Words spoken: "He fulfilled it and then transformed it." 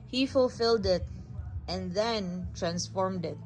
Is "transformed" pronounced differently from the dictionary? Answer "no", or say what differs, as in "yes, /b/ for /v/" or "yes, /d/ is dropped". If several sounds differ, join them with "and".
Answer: no